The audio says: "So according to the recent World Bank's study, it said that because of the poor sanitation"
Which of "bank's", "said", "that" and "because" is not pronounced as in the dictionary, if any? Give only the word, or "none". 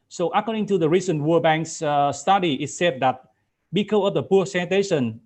because